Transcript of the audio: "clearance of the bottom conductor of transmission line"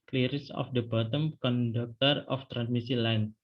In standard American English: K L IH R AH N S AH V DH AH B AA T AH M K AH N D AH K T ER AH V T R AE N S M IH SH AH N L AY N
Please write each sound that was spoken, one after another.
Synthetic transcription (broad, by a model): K L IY R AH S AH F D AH B AA T AH M K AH N D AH K T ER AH F T R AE N S M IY S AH L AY N